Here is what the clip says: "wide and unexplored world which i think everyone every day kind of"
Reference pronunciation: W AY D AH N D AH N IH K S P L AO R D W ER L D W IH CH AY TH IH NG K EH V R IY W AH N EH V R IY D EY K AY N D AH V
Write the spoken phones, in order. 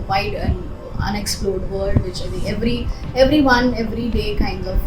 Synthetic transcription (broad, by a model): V AY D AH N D AH N IH K S P L AO R D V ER D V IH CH AY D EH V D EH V R IY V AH N EH V R IY D EY K AY N D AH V